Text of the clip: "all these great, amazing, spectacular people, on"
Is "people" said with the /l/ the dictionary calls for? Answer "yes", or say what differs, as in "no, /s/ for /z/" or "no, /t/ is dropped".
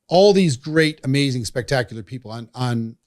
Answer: no, /n/ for /l/